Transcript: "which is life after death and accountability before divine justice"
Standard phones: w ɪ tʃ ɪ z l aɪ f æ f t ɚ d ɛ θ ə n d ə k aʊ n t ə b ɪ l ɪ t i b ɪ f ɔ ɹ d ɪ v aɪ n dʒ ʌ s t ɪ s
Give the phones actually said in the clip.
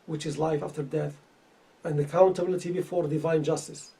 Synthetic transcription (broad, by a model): w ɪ tʃ ɪ z l aɪ f æ f t ɚ d ɛ θ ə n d ə k aʊ n t ə b ɪ l ɪ t i b ɪ f ɔ ɹ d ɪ v aɪ n dʒ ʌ s t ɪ s